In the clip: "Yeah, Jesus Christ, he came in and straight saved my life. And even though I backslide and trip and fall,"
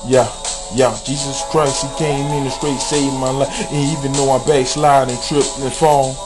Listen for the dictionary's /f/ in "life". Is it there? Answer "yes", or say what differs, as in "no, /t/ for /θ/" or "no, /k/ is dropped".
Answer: no, /f/ is dropped